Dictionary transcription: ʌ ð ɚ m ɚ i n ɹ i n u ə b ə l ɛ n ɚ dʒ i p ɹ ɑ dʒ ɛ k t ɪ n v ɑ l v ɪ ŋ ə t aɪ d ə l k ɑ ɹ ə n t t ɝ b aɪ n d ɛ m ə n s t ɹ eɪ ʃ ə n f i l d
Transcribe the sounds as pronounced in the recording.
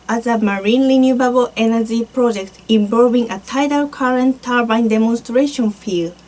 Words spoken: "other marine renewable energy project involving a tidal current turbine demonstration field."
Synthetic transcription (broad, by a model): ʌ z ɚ m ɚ i n l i n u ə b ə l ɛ n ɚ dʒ i p ɹ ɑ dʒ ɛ k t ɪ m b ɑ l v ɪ ŋ ə t aɪ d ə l k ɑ ɹ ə n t t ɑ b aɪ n d ɛ m ə n s t ɹ eɪ ʃ ə n f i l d